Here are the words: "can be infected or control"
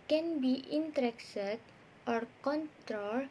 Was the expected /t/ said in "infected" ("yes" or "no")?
no